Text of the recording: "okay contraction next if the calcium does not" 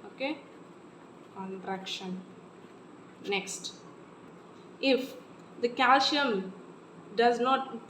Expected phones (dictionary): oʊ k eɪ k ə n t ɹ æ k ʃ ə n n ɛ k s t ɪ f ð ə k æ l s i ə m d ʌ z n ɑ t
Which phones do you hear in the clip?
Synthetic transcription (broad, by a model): oʊ k eɪ k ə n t ɹ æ k ʃ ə n n ɛ k s t ɪ f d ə k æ l ʃ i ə m d ʌ z n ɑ t